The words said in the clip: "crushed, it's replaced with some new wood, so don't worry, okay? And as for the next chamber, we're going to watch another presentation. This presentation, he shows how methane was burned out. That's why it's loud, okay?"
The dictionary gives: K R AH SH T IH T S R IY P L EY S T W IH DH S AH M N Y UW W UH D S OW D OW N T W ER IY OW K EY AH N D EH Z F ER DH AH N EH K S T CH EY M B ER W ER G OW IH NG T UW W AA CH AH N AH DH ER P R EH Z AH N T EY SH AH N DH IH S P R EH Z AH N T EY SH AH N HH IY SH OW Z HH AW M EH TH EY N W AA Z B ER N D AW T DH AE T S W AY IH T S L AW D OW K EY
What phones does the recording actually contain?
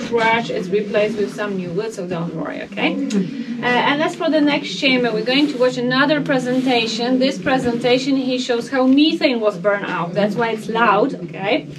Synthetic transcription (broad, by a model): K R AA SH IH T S R IY P L EY S T W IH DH S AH M N Y UW W UH D S OW D OW N T W ER IY OW K EY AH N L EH S F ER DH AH N EH K S T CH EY M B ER W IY G OW IH NG T UW W AA CH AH N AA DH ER P R EH Z AH N T EY SH AH N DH IH S P R EH Z AH N T EY SH AH N HH IY SH OW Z HH AW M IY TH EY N W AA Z B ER N AW T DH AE T S W AY IH T S L AW D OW K EY